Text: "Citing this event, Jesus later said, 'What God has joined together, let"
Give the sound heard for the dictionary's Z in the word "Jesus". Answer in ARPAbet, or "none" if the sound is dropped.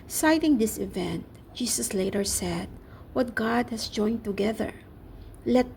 S